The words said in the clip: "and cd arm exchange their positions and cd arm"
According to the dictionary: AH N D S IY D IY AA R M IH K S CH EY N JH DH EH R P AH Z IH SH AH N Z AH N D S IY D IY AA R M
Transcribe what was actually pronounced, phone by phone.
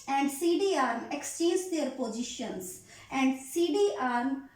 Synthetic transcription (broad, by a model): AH N D S IY D IY AA R M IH K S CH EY JH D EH R P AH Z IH SH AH N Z AH N D S IY D IY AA R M